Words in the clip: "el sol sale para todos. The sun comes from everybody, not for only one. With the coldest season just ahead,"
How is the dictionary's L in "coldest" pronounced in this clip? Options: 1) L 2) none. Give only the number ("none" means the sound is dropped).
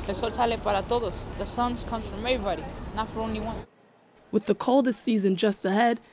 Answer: 1